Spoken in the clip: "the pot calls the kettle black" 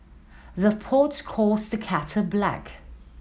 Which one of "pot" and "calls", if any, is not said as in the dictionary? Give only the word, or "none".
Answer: calls